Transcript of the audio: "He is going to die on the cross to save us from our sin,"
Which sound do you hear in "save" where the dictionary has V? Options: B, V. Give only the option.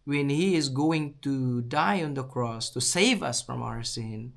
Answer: V